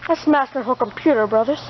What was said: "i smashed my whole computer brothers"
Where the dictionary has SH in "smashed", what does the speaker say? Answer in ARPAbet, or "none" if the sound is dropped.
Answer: S